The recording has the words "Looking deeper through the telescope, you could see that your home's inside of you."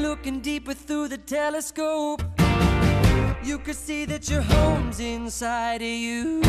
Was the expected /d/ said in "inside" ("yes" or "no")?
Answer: yes